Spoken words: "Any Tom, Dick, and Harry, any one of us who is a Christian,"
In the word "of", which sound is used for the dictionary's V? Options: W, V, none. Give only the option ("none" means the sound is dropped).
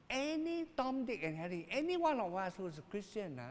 W